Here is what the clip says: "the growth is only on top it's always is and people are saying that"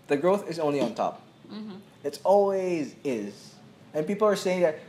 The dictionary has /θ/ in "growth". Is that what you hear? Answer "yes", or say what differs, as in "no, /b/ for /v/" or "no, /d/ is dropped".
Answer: yes